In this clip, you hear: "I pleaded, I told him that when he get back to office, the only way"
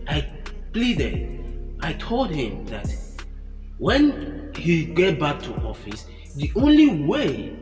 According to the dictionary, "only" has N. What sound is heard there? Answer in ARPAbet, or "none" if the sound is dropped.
N